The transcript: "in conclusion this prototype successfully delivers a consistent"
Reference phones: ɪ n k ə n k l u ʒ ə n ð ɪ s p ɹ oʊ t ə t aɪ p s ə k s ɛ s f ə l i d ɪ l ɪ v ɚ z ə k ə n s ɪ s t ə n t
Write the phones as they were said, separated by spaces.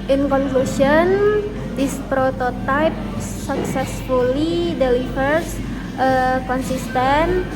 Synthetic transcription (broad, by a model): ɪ n k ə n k l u s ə n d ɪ s p ɹ oʊ t ə t aɪ p s ə k s ɛ s f ə l i d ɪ l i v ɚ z ə k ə n s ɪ s t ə n